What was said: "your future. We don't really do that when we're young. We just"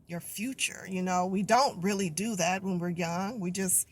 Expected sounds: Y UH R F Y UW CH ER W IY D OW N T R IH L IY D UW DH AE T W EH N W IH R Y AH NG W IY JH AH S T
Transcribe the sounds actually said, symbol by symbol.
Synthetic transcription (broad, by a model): Y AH R F Y UW CH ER W IY D OW N T R IH L IY D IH DH AE T W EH N W IH R Y AH NG W IY JH AH S T